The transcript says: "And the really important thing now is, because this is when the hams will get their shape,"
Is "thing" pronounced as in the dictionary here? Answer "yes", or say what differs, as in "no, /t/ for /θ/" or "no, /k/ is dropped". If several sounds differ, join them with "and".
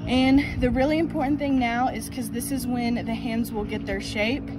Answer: yes